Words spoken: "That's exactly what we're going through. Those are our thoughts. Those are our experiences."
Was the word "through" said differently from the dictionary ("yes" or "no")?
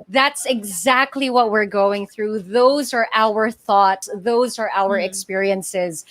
no